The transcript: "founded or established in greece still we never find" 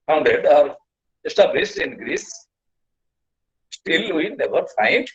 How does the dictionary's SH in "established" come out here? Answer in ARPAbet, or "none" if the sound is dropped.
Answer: S